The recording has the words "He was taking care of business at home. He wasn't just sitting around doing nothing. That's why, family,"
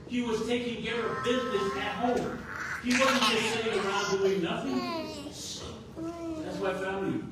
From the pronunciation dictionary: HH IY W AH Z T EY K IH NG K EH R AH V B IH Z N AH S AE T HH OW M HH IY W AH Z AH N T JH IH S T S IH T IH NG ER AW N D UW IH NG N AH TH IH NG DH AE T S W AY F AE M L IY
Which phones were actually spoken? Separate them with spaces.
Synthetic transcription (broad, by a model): HH IY W AH Z T EY K IH NG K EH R AH V B IH Z N AH S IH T HH OW M HH IY W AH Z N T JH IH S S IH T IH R AW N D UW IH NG N AH TH IH NG DH AE T S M AY F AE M L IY